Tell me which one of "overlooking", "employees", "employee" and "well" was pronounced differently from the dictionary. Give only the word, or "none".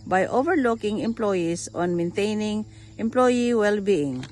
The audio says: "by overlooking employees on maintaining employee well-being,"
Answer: employees